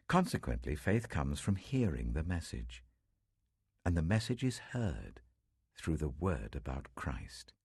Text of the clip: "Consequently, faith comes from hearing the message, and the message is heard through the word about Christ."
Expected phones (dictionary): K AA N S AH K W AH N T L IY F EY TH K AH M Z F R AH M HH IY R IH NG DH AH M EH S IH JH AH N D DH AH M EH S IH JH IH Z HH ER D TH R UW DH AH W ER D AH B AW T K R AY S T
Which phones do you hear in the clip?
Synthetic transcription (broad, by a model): K AA N S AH K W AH N T L IY F EY TH K AH M Z F R AH M HH IY R IH NG DH AH M EH S IH JH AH N DH AH M EH S IH JH IH Z HH ER D TH R UW DH AH W ER D AH B AW T K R AY S T